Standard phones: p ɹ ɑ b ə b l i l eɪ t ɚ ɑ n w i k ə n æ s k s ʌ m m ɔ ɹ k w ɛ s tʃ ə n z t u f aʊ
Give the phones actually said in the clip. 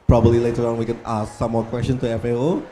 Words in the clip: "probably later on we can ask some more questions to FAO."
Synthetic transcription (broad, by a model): p ɹ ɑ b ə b l i l eɪ t ɚ ɑ n w i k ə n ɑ s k s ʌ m m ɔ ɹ k w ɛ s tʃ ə n t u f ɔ